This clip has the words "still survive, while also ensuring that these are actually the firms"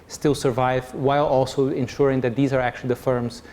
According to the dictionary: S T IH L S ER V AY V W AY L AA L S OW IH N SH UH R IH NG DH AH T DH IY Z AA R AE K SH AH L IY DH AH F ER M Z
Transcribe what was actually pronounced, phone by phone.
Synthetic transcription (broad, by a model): S T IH L S ER V AY V W AY L AA L S OW IH N SH UH R IH NG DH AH T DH IY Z AA R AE K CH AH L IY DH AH F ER M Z